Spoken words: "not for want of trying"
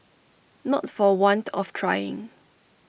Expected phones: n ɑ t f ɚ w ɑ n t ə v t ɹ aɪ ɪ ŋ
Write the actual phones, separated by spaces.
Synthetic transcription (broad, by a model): n ɑ t f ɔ w ɑ n t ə f t ɹ aɪ ɪ ŋ